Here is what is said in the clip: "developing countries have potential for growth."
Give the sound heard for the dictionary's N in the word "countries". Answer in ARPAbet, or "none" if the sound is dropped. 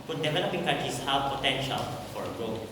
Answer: none